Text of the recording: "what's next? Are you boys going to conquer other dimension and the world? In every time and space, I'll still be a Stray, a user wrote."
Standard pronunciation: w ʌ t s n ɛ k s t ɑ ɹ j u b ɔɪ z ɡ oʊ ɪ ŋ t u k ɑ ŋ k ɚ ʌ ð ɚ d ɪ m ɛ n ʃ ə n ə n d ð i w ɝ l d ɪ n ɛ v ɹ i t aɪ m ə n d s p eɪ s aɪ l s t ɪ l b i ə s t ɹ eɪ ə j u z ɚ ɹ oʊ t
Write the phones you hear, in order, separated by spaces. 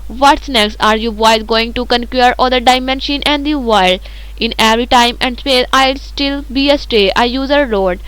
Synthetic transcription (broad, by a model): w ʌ t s n ɛ k s t ɑ ɹ j u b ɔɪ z ɡ oʊ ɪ ŋ t u k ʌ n k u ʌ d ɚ d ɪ m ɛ n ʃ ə n ə n d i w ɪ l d ɪ n ɛ v ɹ i t aɪ m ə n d s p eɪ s aɪ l s t ɪ l b i ə s t eɪ ə j u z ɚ ɹ oʊ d